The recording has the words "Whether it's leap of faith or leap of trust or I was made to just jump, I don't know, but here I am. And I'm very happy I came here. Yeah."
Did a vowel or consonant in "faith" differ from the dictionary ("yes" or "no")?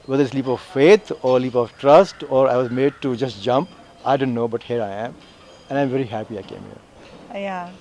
yes